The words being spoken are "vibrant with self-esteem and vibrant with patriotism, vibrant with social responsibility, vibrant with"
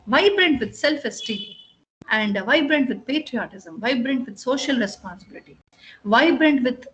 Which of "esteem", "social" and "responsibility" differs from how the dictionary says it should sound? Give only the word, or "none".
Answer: esteem